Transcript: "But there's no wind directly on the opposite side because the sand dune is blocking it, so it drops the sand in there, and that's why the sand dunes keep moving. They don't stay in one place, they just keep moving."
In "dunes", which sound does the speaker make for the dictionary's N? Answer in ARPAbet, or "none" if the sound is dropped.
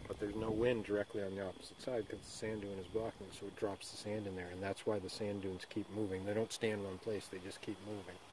N